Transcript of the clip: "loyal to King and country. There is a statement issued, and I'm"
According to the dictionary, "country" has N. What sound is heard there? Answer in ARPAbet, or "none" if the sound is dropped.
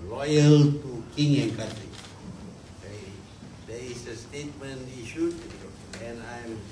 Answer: none